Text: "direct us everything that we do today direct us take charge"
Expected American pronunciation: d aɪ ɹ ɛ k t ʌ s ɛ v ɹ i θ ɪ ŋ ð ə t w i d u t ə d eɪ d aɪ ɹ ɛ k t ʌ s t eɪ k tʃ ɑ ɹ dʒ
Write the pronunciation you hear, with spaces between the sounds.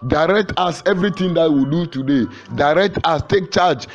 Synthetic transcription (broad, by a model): d aɪ ɹ ɛ k t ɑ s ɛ v ɹ i t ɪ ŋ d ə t w i d u t ə d eɪ d aɪ ɹ ɛ k t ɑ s t eɪ k tʃ ɑ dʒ